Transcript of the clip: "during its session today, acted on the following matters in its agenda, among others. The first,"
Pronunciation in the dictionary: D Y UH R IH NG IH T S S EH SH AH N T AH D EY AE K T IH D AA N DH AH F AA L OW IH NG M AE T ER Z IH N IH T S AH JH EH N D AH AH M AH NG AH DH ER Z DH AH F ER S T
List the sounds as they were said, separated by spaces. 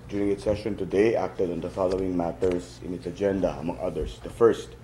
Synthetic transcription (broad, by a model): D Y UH R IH NG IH T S S EH SH AH N T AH D EY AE K T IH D AA N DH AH F AA L OW IH NG M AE T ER S IH N IH T S AH JH EH N D AH AH M AH NG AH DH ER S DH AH F ER S T